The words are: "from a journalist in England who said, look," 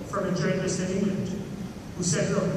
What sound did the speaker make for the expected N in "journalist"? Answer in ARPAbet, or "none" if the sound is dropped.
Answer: none